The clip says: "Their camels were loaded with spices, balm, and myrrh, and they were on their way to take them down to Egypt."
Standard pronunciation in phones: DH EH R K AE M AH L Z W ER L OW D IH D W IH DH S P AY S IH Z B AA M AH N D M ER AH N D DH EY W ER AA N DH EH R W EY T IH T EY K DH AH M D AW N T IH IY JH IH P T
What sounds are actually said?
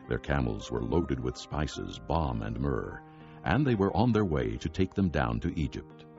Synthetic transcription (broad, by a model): DH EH R K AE M L Z W ER L OW D IH D W IH DH S P AY S IH Z B AA M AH N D M ER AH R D DH EY W ER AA N DH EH R W EY T IH T EY K DH AH M D AW N T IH IY JH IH P T